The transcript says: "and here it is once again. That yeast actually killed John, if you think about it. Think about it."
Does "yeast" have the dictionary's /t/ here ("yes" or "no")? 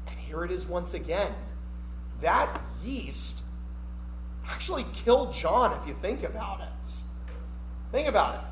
yes